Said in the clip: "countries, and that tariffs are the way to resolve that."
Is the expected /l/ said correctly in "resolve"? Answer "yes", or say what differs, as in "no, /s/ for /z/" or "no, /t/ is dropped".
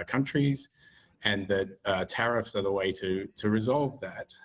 yes